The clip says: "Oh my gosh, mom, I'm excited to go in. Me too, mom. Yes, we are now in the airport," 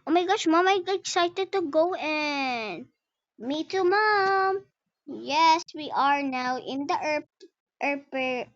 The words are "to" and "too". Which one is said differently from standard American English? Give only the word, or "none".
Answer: none